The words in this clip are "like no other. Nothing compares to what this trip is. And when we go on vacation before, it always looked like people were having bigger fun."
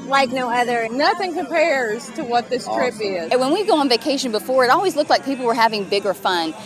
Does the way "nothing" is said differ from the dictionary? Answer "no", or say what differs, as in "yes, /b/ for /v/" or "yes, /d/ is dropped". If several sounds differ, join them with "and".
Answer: no